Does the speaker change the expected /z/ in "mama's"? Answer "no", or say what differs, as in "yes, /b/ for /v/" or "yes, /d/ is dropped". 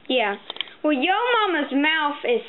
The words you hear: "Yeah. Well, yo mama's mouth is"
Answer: no